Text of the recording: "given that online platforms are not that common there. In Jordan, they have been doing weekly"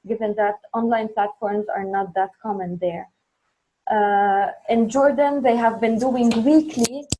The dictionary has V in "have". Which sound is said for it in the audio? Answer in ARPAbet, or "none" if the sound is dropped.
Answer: V